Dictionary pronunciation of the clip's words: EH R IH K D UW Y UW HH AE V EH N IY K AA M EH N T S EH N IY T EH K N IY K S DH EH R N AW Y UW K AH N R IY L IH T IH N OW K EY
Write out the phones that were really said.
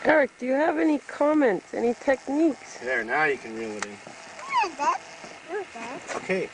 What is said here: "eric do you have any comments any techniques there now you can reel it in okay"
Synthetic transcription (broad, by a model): EH R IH K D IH Y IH V EH N IY K AA M EH N T S EH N IY T EH K N IY K S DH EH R N AW Y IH K AH N R IY L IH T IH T OW K EY